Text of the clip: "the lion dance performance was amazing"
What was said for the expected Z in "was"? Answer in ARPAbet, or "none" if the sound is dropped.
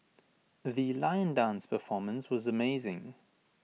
Z